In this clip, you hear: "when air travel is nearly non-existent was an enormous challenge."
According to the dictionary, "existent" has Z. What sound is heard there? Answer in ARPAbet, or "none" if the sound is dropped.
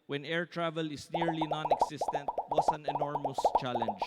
S